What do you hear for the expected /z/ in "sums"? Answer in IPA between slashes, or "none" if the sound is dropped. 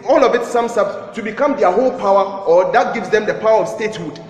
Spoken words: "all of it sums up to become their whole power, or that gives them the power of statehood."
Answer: /s/